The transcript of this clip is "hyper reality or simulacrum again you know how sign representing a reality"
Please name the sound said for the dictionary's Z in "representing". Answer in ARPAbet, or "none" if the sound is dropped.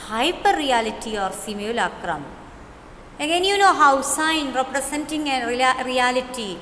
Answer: S